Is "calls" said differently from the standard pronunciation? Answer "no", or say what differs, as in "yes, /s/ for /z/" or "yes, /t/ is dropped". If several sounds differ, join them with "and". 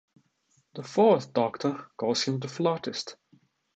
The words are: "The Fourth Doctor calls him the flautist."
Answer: yes, /l/ is dropped